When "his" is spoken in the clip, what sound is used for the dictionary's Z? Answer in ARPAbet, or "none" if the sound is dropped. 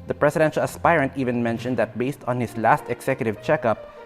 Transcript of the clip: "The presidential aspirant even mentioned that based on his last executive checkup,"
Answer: S